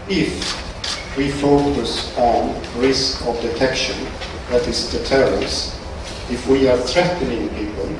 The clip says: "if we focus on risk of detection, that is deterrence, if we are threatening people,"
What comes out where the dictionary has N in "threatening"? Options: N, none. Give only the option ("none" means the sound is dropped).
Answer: N